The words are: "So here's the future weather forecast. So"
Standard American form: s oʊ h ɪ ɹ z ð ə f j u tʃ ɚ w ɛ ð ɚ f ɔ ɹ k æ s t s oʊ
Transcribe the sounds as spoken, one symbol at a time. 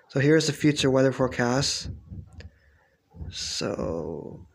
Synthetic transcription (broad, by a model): s oʊ h ɪ ɹ z ð ə f j u tʃ ɚ w ɛ ð ɚ f ɔ ɹ k æ s t s oʊ